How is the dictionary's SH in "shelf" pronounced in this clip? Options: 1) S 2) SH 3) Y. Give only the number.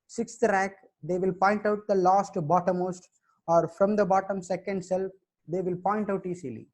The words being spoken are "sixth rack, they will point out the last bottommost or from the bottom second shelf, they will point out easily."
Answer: 1